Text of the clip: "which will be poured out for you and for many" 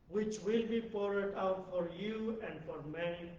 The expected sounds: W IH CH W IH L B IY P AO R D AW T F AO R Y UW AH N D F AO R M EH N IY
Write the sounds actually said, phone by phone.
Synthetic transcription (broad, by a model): W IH CH W IH L B IY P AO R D AW T F AO R Y UW AH N D F AO R M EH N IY